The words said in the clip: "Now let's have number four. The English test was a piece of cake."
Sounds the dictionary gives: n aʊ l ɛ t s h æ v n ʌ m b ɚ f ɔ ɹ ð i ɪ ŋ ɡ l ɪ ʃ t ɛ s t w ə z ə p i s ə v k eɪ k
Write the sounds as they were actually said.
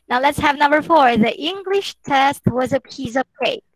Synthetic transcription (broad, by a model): n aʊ l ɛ t s h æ v n ʌ m b ɚ f ɔ ɹ ð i ɪ ŋ ɡ l ɪ ʃ t ɛ s t w ə z ə p i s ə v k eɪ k